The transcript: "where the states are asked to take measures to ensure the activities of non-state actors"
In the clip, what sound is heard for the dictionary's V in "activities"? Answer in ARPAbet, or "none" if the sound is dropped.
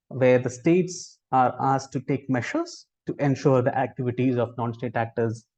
V